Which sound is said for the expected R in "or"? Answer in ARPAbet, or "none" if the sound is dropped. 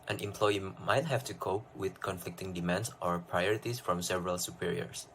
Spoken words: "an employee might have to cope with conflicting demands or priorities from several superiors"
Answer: R